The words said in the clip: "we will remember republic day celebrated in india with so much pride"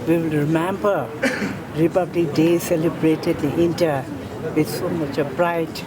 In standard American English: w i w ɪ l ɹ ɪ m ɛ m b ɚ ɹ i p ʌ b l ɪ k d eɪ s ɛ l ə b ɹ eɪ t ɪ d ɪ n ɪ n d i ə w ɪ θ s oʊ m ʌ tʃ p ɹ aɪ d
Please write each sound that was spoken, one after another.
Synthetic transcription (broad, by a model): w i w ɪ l ɹ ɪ m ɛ m b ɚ ɹ i p ʌ b l ɪ k d eɪ s ɛ l ə b ɹ eɪ t ɪ d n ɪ n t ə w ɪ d s oʊ m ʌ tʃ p ɹ aɪ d